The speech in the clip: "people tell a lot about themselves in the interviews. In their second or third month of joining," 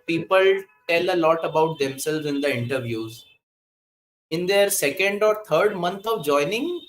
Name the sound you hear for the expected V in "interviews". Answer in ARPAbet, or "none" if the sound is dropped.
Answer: V